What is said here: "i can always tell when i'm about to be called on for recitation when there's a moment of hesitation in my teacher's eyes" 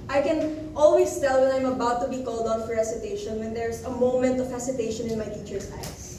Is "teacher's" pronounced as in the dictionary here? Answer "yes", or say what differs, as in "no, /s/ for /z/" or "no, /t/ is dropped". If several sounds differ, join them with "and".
no, /s/ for /z/